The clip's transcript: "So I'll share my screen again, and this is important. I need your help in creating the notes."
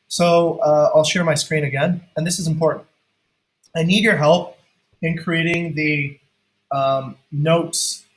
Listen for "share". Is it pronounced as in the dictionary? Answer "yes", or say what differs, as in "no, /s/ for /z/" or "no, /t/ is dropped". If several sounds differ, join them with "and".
yes